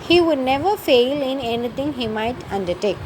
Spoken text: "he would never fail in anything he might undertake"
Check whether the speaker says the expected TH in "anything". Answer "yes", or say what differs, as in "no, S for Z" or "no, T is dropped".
no, T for TH